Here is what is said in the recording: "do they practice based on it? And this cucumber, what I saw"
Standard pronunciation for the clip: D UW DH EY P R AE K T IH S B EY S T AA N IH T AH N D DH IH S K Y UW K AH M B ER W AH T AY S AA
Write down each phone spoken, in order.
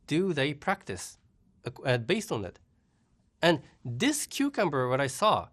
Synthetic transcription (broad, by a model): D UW DH EY P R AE K T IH S B EY S T N IH T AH N DH IH S K Y UW K AH M B ER W AH T AY S AA